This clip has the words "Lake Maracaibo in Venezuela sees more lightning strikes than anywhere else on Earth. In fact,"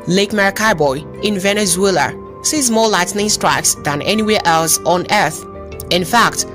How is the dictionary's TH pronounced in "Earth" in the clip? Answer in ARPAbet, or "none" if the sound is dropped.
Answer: TH